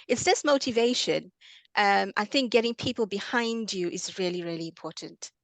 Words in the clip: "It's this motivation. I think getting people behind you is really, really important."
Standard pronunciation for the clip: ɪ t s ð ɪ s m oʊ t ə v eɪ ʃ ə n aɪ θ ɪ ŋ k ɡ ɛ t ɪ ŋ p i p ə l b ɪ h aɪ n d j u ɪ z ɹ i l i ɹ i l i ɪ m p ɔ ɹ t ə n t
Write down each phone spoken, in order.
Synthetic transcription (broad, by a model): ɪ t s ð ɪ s m oʊ t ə v eɪ ʃ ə n aɪ θ ɪ ŋ k ɡ ɛ t ɪ ŋ p i p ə l b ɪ h aɪ n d j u ɪ z ɹ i l i ɹ i l i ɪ m p ɔ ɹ t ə n t